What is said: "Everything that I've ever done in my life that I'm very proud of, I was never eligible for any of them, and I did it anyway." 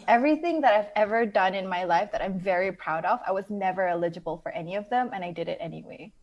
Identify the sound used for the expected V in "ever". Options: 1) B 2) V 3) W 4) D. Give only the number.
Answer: 2